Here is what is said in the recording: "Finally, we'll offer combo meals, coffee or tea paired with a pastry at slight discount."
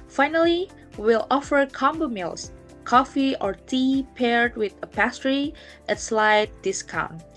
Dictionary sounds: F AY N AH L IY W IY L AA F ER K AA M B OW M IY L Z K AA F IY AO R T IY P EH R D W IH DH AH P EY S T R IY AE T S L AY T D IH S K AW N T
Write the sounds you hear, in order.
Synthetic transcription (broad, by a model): F AY N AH L IY W IY L AA F ER K AA M B OW M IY L S K AA F IY AO R T IY P EH R D W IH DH AH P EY S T R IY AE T S L AY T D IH S K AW N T